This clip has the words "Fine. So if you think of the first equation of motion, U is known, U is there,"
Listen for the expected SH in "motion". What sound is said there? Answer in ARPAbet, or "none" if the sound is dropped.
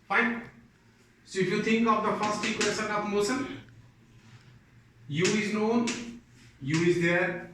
S